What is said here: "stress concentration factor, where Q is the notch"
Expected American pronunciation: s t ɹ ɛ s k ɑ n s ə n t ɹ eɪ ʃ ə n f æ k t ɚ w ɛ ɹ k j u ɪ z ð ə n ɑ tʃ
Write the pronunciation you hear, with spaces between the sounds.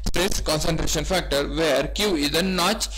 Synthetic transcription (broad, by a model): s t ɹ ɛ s k ɑ n s ə n t ɹ eɪ ʃ ə n f æ k t ɚ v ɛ ɹ k j u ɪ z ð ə n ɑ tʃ